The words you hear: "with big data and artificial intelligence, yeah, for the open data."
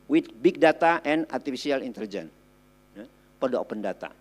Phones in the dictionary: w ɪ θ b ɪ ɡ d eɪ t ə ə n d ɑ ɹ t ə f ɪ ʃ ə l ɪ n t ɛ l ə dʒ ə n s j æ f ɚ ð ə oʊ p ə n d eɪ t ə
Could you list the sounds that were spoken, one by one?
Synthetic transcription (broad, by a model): w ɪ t b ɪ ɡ d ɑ t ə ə n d ɑ ɹ t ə f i s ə l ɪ n t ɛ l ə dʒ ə n j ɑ p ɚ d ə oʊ p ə n d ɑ t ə